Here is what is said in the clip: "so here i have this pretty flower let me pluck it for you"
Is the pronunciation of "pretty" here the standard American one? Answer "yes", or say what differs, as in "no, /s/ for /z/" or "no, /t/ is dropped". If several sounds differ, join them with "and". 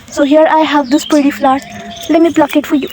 no, /ɹ/ is dropped